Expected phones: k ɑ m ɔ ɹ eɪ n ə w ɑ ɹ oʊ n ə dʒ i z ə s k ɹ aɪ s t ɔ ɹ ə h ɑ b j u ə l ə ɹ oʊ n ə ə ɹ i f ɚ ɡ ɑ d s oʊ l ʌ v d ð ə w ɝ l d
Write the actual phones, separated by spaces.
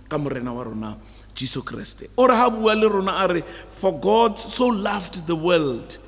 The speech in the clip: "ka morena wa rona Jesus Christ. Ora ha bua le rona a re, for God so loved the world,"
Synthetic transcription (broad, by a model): k ɑ m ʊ ɹ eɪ n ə w ɑ ɹ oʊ n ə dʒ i s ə k ɹ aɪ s t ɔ ɹ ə h ɑ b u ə l ə ɹ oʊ n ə ɹ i f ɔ ɡ ɑ d s oʊ l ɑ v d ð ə w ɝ l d